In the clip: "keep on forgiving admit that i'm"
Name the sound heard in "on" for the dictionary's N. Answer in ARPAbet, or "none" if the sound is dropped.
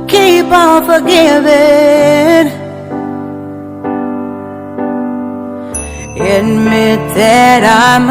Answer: L